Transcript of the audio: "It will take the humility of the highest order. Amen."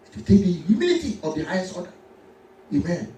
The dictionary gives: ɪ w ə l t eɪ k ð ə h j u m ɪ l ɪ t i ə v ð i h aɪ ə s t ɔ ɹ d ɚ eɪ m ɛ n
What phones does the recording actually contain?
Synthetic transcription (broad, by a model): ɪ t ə t eɪ k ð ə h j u m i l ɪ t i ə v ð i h aɪ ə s ɔ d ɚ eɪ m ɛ n